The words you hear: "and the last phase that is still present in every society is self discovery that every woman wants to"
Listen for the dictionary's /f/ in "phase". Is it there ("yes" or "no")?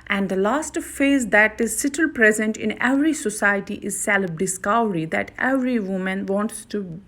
yes